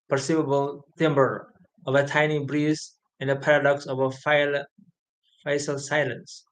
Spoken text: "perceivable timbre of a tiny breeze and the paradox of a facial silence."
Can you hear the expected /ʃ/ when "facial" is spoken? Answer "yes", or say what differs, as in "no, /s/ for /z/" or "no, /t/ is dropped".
no, /s/ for /ʃ/